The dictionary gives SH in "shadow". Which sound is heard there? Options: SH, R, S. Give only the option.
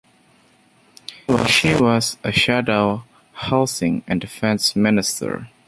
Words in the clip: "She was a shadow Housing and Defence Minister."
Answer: SH